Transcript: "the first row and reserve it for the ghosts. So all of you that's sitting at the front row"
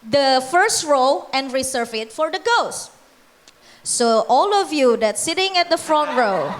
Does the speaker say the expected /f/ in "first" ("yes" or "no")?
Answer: yes